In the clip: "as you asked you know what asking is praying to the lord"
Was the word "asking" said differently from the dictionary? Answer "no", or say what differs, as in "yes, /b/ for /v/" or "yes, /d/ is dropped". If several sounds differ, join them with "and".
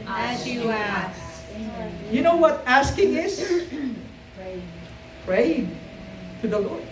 no